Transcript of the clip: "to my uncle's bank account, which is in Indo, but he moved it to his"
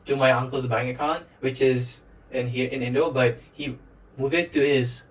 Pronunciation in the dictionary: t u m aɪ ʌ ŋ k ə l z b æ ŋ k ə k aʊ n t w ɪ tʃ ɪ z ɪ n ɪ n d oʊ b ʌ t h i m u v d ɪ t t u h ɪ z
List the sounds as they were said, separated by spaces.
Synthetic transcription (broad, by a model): t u m aɪ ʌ ŋ k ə l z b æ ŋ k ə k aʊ n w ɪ tʃ ɪ z ɪ n ɪ n d oʊ b ʌ t h i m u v ɪ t t u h ɪ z